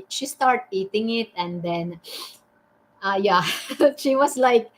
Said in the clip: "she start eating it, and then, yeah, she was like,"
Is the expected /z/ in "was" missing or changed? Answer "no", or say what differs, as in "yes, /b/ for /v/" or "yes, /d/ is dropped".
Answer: yes, /s/ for /z/